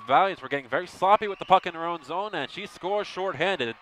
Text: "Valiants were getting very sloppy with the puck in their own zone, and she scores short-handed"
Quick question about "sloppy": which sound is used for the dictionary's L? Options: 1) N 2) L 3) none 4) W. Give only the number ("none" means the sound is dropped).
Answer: 3